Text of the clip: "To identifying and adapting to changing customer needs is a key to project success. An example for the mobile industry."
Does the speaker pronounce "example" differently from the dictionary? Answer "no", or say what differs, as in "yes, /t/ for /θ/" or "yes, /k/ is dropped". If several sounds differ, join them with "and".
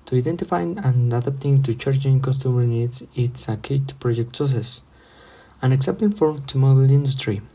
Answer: yes, /n/ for /l/